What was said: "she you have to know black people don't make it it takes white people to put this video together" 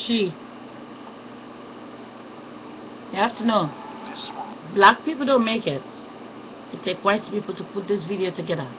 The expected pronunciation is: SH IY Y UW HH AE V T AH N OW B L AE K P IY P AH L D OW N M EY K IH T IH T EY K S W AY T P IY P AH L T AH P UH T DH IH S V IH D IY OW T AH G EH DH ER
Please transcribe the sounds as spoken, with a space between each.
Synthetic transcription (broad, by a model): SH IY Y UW HH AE F T AH N OW B L AE K P IY P L D OW N M EY K IH T IH T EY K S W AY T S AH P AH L T AH P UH T DH IH S V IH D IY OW T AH G EH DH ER